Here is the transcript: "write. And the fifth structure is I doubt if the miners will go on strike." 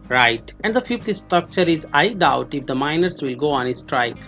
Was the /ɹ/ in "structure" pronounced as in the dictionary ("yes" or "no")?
yes